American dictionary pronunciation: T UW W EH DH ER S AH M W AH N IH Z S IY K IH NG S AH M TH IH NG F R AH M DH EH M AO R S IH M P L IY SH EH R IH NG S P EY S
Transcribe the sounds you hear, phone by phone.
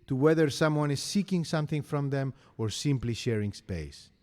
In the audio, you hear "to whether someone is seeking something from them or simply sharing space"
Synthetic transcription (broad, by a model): T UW W EH DH ER S AH M W AH N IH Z S IY K IH NG S AH M TH IH NG F R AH M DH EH M AO R S IH M P L IY SH EH R IH NG S P EY S